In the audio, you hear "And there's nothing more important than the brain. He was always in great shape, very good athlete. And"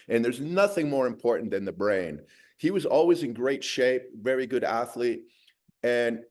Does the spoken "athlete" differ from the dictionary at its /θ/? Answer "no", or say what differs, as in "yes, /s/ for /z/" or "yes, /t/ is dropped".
no